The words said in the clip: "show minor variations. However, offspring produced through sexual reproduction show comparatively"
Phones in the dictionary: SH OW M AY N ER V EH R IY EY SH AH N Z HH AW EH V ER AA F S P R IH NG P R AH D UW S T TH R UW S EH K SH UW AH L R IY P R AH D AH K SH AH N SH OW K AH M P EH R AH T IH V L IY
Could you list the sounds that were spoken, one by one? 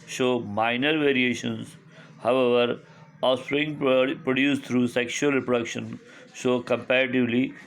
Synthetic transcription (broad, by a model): SH OW M AY N ER V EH R IY EY SH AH N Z HH AW EH V ER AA S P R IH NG P R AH D UW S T R UW S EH K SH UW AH L R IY P R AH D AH K SH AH N SH OW K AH M P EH R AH T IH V L IY